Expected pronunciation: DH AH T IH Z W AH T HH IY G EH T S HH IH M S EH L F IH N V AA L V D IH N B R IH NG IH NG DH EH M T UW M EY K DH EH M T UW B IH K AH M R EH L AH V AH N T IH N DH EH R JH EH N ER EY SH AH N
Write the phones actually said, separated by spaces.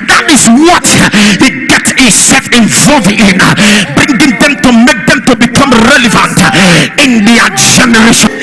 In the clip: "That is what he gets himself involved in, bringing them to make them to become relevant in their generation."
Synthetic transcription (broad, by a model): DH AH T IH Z W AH T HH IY G EH T S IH S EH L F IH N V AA L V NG IH N B R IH NG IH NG DH EH M T UW M EY K DH EH M T UW B IH K AH M R EH L AH V AH N T IH N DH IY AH JH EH N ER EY SH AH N